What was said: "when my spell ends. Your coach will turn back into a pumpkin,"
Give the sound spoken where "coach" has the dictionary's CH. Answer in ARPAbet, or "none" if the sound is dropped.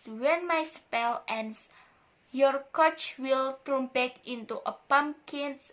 CH